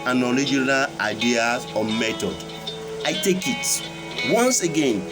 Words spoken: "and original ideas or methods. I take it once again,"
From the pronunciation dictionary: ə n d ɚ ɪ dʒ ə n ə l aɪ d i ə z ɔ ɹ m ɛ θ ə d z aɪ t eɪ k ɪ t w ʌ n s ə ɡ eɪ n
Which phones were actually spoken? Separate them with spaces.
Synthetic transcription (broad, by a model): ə n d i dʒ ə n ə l aɪ d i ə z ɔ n m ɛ t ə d aɪ t eɪ k ɪ t w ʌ n s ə ɡ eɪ n